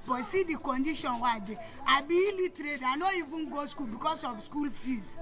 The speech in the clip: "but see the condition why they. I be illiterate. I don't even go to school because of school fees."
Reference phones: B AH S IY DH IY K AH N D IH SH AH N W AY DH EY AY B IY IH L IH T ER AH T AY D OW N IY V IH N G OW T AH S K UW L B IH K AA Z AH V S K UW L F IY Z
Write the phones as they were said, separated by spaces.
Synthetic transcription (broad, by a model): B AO S IY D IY K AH N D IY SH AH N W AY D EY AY B IY L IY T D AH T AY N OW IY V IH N G OW S K UW L B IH K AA S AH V S K UW L F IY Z